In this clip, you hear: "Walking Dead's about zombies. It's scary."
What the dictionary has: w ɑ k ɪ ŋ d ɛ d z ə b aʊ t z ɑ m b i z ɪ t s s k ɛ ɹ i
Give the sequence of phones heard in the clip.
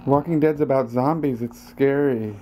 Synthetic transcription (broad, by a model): w ɑ k ɪ ŋ d ɛ d z ə b aʊ t z ɑ m b i z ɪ t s s k ɛ ɹ i